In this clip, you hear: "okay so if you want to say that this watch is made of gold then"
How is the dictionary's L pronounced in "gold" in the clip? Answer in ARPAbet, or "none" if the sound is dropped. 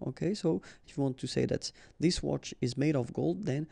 L